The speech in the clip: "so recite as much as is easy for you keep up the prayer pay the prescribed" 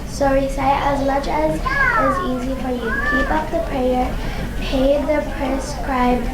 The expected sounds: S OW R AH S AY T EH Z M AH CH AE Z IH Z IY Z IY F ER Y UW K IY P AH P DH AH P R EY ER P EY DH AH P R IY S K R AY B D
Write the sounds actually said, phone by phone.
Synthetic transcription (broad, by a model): S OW R AH S AY T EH Z M AH CH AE Z IH Z IY Z IY F ER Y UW K IY P AH P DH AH P R EY ER P EY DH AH P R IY S K R AY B